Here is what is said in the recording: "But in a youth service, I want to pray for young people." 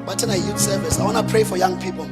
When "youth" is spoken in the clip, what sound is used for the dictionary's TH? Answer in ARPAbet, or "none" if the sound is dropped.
T